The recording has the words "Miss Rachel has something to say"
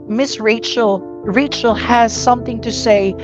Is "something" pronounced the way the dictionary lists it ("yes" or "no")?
yes